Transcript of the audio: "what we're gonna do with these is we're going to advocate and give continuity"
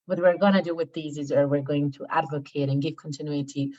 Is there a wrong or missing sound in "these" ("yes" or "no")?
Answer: no